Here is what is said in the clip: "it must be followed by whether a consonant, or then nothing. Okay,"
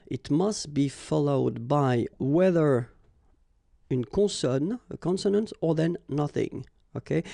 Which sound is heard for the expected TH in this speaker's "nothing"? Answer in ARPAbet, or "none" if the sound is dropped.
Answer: TH